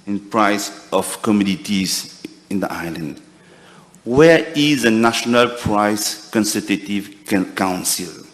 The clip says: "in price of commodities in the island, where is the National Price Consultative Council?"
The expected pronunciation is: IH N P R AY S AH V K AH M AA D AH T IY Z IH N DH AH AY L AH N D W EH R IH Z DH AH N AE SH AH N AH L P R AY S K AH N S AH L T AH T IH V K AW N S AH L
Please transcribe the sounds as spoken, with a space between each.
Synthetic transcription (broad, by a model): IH N P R AY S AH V K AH M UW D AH T IY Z IH N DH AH AY L AH N D W EH R IH Z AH N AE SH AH N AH L P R AY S K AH N S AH T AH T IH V K AW N S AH L